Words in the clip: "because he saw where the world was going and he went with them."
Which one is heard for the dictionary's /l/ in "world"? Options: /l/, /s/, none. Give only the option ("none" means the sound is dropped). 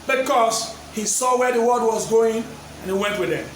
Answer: none